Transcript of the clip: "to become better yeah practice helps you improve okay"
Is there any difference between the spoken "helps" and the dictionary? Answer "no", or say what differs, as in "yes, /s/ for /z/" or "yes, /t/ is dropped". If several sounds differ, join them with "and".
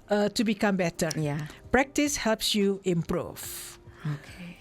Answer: no